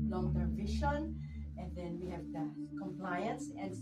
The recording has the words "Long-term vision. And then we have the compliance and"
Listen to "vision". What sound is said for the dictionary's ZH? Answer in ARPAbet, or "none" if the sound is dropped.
SH